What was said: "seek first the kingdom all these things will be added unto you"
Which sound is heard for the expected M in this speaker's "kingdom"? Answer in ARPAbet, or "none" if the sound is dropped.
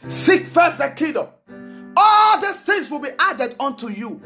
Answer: none